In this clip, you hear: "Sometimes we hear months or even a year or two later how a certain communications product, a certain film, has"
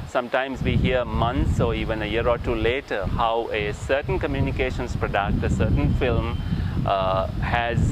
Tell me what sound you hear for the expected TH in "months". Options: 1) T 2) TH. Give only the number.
1